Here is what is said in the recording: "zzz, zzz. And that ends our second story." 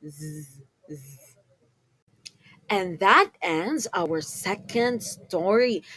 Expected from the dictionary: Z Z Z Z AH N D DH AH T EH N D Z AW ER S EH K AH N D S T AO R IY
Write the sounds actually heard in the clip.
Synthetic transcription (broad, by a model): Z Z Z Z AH N DH AH T EH N D Z AW ER S EH K AH N D S T AO R IY